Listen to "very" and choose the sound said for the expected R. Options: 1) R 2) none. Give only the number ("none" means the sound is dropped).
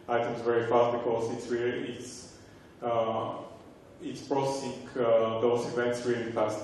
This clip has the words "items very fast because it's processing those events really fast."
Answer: 1